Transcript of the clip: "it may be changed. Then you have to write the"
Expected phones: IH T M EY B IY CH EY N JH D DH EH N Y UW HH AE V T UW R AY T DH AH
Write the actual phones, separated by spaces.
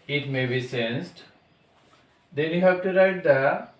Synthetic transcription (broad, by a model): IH T M EY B IY S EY N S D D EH N Y UW HH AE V T UW R AY T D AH